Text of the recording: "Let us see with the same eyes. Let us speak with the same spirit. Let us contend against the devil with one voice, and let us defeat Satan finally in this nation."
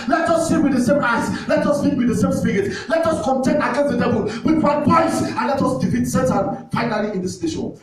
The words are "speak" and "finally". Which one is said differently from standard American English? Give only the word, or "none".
speak